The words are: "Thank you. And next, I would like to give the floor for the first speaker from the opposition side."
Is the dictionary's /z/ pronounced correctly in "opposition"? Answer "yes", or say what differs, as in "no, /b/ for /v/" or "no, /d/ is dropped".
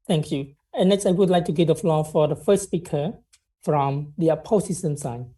no, /s/ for /z/